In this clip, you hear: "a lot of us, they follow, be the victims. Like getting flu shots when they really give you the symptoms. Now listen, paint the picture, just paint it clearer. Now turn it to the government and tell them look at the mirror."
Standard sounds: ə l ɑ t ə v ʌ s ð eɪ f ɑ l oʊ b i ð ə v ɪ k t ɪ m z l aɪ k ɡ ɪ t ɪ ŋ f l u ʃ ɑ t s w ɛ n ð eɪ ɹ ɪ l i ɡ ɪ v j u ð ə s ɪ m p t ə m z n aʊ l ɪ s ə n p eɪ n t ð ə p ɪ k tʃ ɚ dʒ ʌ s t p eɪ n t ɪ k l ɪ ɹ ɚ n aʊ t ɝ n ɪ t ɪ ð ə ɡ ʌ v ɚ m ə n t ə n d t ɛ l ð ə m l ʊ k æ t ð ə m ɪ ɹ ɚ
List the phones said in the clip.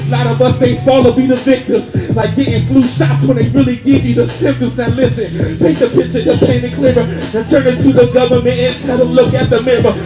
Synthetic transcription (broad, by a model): l ɑ t ə v ʌ s ð eɪ f ɑ l oʊ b i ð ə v ɪ k t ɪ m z l aɪ k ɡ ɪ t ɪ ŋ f l u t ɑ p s w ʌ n ð eɪ ɹ ɪ l i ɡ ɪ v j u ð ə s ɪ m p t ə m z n l ɪ s ə n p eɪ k ð ə p ɪ tʃ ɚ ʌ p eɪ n ɪ k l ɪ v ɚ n t ɝ n ɪ t ɪ ð ə ɡ ʌ v ɚ m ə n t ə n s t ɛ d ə l ʊ k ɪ t ð ə m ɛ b ɚ